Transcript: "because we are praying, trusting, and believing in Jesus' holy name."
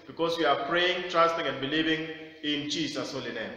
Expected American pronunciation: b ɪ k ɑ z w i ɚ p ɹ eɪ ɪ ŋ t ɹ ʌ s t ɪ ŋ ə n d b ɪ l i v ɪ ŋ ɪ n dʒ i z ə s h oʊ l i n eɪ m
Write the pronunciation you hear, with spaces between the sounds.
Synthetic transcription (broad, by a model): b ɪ k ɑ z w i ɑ p ɹ eɪ ɪ ŋ t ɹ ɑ s t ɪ ŋ ə n d b ɪ l i v ɪ ŋ ɪ n tʃ i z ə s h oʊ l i n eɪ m